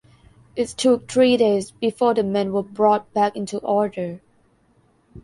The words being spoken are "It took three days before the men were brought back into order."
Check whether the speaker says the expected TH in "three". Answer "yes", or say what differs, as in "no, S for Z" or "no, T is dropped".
no, T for TH